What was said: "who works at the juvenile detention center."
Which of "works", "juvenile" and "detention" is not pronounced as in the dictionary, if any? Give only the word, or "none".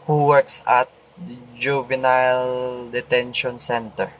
none